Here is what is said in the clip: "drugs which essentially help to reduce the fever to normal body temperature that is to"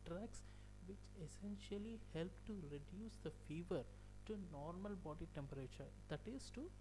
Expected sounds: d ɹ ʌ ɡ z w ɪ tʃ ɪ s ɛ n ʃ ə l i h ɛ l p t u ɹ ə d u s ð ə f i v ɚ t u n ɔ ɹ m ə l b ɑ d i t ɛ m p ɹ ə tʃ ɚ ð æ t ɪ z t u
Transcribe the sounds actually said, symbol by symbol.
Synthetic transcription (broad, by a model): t ɹ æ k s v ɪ tʃ ɪ s ɛ n ʃ ə l i h ɛ l p t u ɹ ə d u s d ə f i v ɚ t u n ɔ ɹ m ə l b ɑ d i t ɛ m p ɹ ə tʃ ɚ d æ t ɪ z t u